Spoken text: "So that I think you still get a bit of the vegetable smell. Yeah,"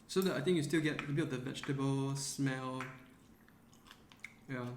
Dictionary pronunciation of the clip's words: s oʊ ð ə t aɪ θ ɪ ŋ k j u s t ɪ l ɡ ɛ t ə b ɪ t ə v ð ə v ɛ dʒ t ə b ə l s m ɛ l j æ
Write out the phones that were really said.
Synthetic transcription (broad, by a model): s oʊ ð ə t aɪ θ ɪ ŋ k j u s t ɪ l ɡ ɛ t ə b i ə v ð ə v ɛ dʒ t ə b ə l s m ɛ l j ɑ